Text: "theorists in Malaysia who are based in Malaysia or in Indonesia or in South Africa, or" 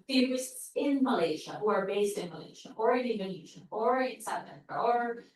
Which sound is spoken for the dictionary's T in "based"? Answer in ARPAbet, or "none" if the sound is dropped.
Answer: T